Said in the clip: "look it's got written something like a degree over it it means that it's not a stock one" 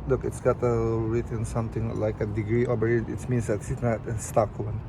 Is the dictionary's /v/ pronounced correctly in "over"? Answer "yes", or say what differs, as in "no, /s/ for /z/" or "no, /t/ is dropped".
no, /b/ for /v/